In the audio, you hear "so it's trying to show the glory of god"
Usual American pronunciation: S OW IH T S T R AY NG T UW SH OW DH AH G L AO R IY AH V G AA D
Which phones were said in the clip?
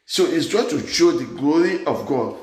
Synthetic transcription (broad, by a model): S OW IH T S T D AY T UW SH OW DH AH G L AO R IY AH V G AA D